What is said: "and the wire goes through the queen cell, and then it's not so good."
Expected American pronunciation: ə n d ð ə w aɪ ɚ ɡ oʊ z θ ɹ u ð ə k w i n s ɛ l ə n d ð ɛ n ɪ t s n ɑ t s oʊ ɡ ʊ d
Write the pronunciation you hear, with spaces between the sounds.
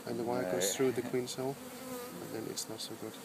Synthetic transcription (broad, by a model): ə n ð ə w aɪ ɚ ɡ oʊ z θ ɹ u ð ə k w i n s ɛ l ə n ð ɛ n ɪ t s n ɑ t s oʊ ɡ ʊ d